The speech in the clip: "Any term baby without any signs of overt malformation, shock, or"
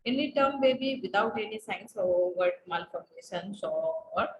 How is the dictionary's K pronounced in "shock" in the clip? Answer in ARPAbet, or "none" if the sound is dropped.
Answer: none